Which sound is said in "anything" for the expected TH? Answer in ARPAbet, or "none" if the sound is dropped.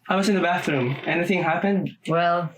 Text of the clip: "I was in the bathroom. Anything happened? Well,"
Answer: TH